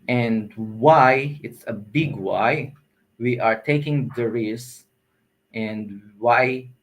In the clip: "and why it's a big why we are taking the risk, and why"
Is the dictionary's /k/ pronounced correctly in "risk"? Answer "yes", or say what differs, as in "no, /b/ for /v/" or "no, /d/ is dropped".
no, /k/ is dropped